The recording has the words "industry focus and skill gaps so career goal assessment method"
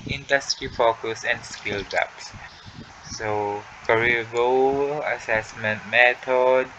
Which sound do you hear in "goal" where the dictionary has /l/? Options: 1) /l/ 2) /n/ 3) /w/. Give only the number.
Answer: 3